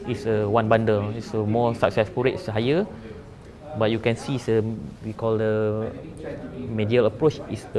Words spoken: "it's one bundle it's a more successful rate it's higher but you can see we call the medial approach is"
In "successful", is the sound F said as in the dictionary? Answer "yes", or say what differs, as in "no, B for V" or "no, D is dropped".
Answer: no, P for F